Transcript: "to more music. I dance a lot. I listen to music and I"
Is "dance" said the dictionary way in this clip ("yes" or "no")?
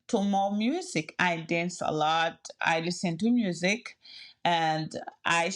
yes